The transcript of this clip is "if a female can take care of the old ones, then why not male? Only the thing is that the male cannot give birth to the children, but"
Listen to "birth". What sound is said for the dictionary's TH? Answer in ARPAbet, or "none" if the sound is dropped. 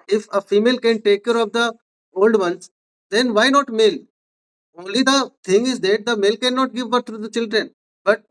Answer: T